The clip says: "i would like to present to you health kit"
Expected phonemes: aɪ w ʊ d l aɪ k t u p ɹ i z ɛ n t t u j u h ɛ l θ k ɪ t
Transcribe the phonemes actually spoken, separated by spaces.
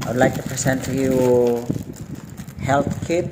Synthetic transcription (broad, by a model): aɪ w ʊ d l aɪ k t u p ɹ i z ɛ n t t u j u h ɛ l t k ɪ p